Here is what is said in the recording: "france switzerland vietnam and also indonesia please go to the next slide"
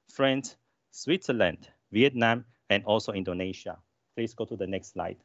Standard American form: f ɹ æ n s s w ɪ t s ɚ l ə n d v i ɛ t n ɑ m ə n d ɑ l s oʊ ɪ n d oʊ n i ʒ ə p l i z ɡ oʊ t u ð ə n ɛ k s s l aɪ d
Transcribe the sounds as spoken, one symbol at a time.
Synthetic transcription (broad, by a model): f ɹ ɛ n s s w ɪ t s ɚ l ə n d v i ɛ t n ɑ m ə n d ɑ l s oʊ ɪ n d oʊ n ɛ ʃ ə p l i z ɡ oʊ t u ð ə n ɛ k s s l aɪ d